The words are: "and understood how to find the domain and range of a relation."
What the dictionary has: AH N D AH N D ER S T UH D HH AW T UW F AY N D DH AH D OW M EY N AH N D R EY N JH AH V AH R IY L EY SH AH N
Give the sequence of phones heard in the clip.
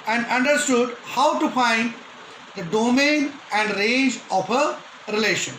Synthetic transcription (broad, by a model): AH N D AH N D ER S T UH D HH AW T UW F AY N D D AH D OW M EY N AH N D R EY N JH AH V AH R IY L EY SH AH N